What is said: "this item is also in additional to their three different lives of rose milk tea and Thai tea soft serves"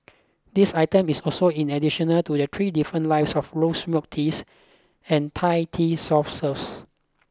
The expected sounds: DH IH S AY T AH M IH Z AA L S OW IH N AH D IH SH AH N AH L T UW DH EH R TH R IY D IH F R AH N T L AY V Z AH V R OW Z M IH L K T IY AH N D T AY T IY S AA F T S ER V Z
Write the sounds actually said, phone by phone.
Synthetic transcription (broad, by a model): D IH S AY T AH M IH S AA L S OW IH N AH D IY SH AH N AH L T UW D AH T R IY D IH F R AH N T L AY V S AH F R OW S M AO K T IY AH N T AY T IY S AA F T S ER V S